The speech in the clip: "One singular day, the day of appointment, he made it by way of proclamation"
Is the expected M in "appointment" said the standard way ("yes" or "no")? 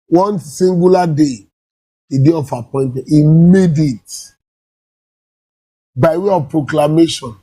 no